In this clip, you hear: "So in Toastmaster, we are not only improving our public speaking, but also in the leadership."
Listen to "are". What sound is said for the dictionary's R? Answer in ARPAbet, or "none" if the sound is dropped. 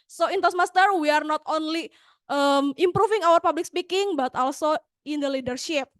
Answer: R